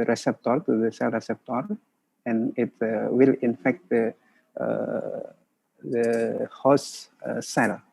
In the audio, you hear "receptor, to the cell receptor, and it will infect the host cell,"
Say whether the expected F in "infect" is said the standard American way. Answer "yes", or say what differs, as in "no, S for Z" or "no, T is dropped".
yes